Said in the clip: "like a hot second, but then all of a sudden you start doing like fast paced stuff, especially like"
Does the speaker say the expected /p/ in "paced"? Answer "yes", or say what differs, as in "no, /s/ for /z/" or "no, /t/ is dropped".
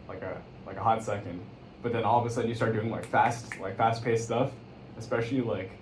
yes